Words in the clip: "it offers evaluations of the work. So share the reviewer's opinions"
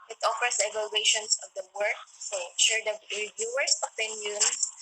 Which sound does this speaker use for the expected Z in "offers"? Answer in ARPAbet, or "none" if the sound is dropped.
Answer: S